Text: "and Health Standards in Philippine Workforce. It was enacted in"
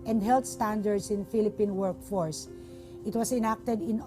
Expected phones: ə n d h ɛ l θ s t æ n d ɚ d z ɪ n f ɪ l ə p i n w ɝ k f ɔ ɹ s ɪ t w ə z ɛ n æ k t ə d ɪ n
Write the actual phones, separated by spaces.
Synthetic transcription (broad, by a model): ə n d h ɛ l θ s t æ n d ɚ d s ɪ n f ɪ l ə p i n w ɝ k f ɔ ɹ s ɪ t w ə s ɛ n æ k t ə d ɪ n